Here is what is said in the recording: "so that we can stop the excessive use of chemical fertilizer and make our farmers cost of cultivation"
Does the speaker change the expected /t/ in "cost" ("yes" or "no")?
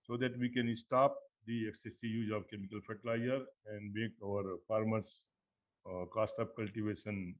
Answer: no